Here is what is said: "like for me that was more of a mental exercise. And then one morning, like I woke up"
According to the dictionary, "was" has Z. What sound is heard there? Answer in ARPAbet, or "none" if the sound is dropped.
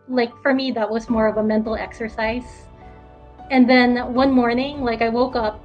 Z